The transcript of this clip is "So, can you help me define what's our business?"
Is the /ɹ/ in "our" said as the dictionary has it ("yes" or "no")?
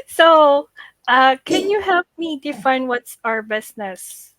yes